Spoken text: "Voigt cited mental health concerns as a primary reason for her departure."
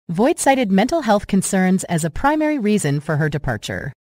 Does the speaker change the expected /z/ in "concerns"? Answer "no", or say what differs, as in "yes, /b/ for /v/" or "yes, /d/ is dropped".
no